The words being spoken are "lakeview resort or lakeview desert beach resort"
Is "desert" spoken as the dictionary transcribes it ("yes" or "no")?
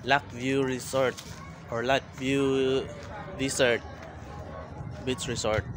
no